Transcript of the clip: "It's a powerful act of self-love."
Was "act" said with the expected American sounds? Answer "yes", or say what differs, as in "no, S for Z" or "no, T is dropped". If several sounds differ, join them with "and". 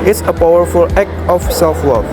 no, T is dropped